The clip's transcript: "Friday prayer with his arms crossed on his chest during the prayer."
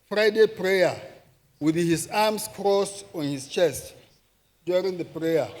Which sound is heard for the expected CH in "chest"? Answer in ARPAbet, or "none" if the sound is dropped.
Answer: CH